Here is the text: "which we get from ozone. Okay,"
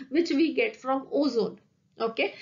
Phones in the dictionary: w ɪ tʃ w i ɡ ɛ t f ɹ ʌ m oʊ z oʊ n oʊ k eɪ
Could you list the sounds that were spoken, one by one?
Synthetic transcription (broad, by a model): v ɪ tʃ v i ɡ ɛ t f ɹ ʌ m oʊ z oʊ n oʊ k eɪ